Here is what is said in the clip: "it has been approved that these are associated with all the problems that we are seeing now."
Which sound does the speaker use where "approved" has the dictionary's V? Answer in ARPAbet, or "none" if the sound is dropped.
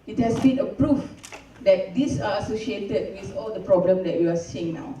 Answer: F